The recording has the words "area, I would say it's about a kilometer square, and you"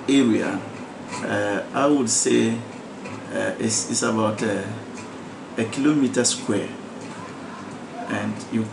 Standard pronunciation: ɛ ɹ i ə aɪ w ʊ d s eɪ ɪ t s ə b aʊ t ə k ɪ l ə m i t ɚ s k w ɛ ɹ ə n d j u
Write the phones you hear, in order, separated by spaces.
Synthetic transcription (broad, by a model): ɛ ɹ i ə aɪ w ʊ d s eɪ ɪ s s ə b aʊ t ə k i l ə m i t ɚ s k w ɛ ə n d j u